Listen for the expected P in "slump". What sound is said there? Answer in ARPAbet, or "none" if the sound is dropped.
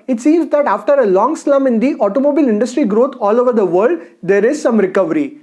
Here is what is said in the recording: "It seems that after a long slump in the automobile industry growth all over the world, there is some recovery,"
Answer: none